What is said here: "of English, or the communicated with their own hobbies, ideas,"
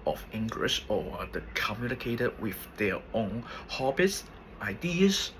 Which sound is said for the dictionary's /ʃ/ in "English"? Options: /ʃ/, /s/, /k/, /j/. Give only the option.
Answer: /s/